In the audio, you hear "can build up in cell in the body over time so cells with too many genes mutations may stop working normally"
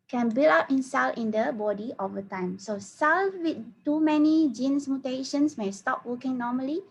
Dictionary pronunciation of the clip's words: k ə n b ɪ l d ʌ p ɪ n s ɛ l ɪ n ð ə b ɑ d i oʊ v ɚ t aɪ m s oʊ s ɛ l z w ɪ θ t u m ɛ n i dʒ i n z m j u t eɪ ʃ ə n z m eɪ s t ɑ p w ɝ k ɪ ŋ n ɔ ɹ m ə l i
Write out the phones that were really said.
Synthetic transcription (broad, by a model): k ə n b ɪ l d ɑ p ɪ n s ɛ l ɪ n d ə b ɑ d i oʊ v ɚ t aɪ m s oʊ s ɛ l w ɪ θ t u m ɛ n i dʒ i n s m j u t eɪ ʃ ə n s m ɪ s t ɑ p w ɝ k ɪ ŋ n ɔ m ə l i